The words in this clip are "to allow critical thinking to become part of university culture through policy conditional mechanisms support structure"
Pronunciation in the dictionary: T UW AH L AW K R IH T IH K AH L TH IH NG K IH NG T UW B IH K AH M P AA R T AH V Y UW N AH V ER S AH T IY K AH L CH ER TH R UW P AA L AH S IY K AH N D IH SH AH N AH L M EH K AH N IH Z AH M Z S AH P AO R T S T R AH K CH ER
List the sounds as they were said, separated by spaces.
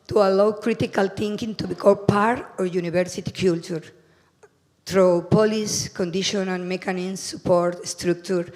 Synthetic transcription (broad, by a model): T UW AH L AW K R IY T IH K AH L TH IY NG K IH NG T UW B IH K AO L P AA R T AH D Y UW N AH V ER S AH T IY K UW L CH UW T R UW P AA L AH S K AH N D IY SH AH N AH N M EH K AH N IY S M S AH P AO R T S T R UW K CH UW